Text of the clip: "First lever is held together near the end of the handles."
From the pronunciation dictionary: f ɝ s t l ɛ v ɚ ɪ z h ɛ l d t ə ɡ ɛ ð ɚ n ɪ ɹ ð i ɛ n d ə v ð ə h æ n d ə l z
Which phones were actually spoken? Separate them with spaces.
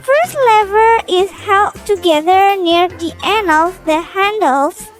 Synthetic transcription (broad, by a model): f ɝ s t l ɛ v ɚ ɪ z h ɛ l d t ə ɡ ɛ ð ɚ n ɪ ɹ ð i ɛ n ə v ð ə h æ n d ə l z